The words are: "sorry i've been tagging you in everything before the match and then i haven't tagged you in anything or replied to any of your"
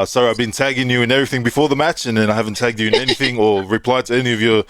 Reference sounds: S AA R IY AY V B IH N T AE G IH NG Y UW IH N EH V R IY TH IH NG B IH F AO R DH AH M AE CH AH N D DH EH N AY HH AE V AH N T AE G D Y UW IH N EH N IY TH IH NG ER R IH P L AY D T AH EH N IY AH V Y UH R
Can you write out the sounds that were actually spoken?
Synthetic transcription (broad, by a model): S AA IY AY V B IH N T AE G IH NG Y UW IH N EH V R IY TH IH NG B IH F AO R DH AH M AE CH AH N DH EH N AY HH AE V AH N T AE G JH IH IH N EH N IY TH IH NG ER R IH P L AY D T AH EH N IY AH V Y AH R